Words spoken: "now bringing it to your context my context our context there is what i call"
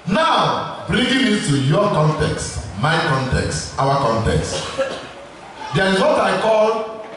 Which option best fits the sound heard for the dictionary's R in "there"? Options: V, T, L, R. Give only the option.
L